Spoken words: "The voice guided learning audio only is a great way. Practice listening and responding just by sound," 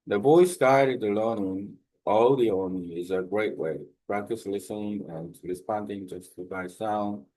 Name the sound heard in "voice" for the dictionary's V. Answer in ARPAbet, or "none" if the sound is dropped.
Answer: B